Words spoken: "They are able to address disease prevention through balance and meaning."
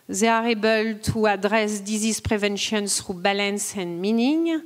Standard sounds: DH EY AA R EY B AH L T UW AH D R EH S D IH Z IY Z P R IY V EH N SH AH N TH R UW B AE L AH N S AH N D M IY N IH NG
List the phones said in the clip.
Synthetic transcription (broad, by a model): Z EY AA R EY B AH L T UW AH D R EH S D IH Z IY S P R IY V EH N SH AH N S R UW B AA L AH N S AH N M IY N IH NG